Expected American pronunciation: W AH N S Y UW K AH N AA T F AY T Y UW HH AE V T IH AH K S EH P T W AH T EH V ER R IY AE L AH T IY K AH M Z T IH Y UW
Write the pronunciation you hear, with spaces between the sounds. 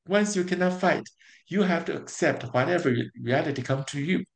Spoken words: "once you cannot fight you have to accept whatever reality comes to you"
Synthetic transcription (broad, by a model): W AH N S Y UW K AH N AA T F AY T Y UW HH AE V T IH AH K S EH P T W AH T EH V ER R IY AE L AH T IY K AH M T IH Y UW